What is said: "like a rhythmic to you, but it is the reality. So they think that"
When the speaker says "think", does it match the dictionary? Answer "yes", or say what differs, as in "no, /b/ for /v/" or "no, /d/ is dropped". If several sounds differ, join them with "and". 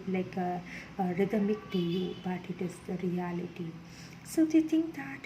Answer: no, /t/ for /θ/